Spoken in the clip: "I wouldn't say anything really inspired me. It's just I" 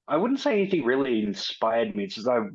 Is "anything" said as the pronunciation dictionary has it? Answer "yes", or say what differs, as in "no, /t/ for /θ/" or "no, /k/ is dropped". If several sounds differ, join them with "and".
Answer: yes